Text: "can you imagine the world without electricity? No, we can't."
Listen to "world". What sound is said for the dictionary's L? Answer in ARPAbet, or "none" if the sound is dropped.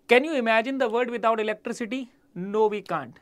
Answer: none